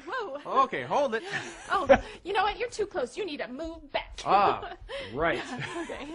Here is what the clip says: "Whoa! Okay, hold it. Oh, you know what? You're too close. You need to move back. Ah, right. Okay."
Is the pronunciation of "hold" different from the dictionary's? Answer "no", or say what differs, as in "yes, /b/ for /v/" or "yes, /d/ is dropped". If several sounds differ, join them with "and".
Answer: no